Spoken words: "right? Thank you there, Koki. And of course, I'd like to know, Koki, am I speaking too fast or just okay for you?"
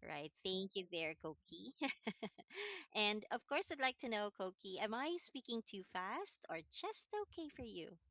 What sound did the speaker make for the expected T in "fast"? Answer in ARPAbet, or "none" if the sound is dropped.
T